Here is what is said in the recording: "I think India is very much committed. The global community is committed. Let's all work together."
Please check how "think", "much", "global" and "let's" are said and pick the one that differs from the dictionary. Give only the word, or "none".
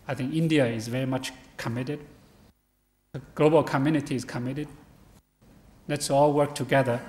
none